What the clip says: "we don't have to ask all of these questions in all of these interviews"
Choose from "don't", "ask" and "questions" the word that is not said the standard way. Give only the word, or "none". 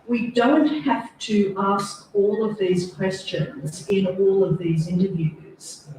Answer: none